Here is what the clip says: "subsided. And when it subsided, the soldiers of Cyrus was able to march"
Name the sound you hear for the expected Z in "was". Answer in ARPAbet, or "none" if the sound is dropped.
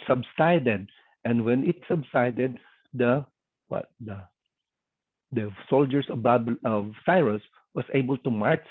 S